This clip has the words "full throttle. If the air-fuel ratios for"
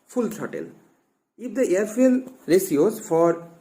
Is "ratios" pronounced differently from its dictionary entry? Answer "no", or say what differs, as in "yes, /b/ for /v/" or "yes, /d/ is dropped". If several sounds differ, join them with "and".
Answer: yes, /s/ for /ʃ/